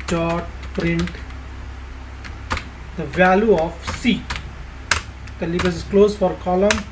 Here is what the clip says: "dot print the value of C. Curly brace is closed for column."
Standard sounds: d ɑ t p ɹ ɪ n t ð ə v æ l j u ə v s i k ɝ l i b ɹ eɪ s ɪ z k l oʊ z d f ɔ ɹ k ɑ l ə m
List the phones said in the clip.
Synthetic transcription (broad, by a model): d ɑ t p ɹ ɪ n t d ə v æ l j u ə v s i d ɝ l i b eɪ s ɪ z k l oʊ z f ɔ ɹ k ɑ l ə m